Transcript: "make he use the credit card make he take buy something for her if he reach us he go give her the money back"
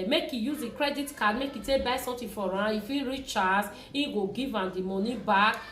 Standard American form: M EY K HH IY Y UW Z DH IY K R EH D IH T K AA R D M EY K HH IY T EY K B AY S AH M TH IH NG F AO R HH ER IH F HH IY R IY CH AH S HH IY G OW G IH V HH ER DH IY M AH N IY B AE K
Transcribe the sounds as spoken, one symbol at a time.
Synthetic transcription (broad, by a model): M EY K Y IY Y UW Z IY K R EH D IH T K AA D M EY K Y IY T EY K B AY S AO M T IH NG F AO R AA IH F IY R IY CH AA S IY G OW G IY V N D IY M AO N IY B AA K